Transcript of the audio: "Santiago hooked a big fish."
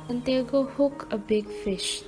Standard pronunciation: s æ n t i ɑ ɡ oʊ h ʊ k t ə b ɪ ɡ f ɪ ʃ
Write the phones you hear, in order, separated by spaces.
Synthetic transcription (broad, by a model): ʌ n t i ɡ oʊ h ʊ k ə b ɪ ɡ f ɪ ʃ